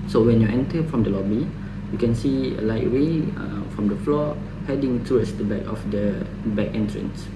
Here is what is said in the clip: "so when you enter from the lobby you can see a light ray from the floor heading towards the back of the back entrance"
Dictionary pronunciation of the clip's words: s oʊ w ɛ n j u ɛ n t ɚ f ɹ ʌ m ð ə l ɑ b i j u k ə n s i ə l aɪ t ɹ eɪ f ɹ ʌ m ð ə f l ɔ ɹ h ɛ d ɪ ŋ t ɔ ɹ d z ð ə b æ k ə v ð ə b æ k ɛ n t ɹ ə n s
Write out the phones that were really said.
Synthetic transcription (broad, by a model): s oʊ w ɛ n j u ɛ n t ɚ f ɹ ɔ m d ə l ɑ b i j u k ə n s i ə l aɪ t w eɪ f ɹ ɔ m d ə f l ɔ h ɛ d ɪ ŋ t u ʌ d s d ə b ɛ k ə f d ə b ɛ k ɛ n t ɹ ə n s